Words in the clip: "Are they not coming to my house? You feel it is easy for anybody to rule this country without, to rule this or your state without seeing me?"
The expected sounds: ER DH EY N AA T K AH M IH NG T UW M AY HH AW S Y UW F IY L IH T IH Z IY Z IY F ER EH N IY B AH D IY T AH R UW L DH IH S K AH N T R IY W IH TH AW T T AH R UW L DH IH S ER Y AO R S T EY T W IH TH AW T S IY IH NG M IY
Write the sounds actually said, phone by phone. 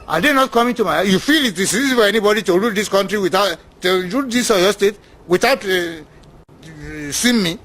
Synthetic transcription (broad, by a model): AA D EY N AA T K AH M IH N T UW M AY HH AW Y UW F IY L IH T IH S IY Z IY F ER EH N IY B AH D IY T AH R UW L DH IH S K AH N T R IY W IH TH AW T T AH R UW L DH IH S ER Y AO S T EY T W IH TH AW T S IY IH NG M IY